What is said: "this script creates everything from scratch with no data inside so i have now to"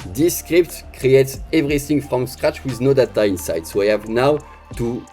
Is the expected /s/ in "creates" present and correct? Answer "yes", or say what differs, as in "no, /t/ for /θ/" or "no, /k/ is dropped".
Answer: yes